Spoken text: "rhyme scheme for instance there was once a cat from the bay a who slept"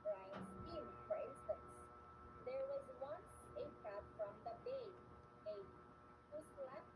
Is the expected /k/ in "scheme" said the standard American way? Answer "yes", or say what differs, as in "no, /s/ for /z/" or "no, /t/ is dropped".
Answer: no, /k/ is dropped